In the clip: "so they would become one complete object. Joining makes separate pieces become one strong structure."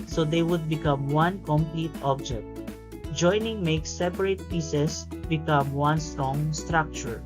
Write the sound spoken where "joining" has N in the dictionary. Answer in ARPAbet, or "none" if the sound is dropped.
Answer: N